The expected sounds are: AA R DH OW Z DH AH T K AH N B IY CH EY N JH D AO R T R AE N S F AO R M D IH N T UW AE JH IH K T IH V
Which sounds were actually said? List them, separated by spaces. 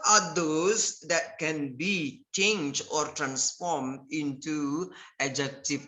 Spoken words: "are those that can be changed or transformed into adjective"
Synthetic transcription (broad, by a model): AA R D OW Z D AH T K AH N B IY CH EY N JH D AO R T R AE N S F AO R M D IH N T UW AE JH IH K T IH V